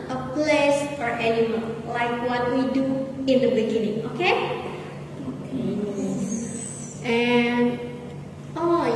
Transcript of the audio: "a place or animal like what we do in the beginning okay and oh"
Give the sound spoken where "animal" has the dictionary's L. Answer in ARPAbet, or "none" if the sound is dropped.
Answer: N